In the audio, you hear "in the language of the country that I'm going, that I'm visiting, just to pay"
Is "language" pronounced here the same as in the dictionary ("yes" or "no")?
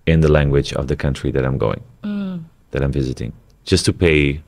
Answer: yes